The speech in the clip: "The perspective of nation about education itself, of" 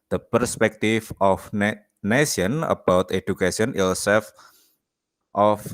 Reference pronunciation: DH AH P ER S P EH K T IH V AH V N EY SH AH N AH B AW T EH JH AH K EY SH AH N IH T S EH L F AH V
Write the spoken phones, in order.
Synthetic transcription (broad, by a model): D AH P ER S P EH K T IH F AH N N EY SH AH N AH B AW T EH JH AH K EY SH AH N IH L S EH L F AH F